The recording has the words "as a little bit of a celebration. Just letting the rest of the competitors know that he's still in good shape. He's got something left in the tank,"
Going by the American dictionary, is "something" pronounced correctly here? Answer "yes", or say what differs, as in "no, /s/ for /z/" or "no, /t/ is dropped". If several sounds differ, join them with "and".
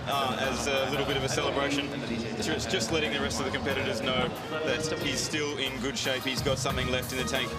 yes